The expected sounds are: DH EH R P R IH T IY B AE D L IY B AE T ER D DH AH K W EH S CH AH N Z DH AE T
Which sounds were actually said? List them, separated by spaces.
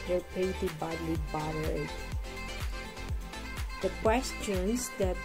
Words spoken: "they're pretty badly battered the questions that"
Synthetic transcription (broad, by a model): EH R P IH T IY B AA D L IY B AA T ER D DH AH K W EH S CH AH N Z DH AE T